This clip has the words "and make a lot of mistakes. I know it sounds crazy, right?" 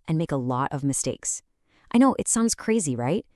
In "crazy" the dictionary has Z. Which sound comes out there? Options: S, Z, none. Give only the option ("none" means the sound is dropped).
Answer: Z